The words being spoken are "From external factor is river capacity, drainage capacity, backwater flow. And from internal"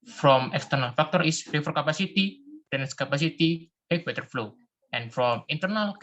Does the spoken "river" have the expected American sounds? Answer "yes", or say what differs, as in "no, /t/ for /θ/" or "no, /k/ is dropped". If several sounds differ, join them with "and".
no, /f/ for /v/